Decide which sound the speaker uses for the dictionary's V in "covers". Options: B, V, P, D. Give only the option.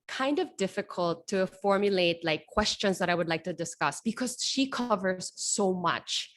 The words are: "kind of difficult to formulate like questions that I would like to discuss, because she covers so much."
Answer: V